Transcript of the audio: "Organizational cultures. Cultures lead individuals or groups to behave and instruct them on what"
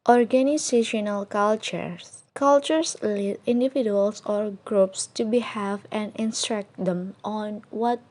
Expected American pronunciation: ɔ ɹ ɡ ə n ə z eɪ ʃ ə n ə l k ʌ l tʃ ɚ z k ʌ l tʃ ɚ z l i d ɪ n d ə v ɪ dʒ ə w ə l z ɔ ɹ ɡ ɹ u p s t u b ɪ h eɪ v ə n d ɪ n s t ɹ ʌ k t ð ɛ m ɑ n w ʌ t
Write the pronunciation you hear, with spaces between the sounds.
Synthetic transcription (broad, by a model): ɔ ɹ ɡ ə n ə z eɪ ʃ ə n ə l k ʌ l tʃ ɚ s k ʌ l tʃ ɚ s l i d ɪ n d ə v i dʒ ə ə l s ɔ ɹ ɡ ɹ u p s t u b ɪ h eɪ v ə n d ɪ n s t ɹ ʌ k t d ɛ m ɑ n w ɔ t